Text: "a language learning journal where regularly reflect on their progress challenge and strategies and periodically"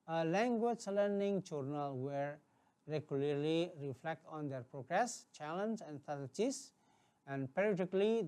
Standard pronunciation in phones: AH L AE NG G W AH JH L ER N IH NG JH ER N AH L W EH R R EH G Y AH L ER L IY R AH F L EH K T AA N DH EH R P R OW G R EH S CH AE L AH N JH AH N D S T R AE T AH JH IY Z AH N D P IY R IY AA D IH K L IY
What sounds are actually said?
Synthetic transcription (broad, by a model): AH L AE NG G W AH JH L ER N IH NG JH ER N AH L W EH R R EH G Y AH L ER L IY R AH F L EH K T AA N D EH R P R OW G R EH S CH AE L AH N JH AH N D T AE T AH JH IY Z AH N D P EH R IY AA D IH K L IY